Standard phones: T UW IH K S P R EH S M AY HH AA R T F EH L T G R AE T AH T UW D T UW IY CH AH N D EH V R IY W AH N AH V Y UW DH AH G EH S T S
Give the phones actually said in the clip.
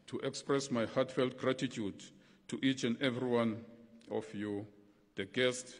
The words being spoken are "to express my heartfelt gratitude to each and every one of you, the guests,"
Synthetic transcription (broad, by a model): T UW IH K S P R EH S M AY HH AA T F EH L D G R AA T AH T UW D T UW IY CH AH N D EH V R IY W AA N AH F Y UW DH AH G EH S T